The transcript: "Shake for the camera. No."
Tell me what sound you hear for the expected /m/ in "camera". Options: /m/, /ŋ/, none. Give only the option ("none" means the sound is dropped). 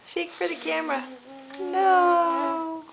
/m/